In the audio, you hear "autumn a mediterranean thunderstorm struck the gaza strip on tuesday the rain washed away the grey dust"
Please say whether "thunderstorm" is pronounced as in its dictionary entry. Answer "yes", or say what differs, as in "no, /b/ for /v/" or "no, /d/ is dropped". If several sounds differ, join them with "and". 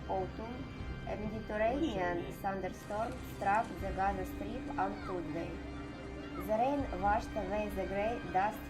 no, /s/ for /θ/